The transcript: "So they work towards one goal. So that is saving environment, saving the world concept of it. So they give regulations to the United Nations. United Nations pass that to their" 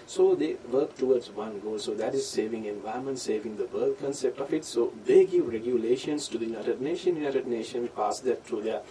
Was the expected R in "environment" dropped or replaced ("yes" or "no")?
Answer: yes